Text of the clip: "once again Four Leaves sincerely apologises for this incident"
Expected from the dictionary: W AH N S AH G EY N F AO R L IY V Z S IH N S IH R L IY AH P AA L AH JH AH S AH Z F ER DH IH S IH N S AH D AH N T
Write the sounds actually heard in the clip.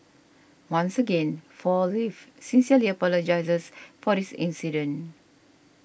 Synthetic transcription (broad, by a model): W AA N S AH G EY N F AO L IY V S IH N S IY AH L IY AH P AA L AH JH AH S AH S F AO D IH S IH N S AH D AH N